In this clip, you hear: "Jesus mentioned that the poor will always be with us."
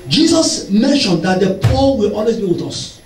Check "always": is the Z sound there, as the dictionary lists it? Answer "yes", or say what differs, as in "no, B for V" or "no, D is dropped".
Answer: no, S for Z